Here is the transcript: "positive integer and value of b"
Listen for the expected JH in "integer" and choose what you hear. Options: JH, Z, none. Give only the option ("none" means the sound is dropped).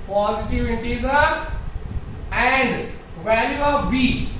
Z